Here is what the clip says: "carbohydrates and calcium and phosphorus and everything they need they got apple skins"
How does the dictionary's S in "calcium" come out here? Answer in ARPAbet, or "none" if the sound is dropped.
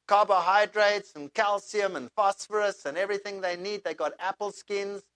S